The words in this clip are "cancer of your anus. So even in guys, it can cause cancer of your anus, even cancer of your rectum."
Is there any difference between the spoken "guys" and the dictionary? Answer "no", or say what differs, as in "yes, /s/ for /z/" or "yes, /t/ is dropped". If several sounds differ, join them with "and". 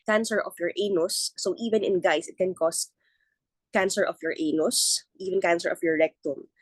yes, /s/ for /z/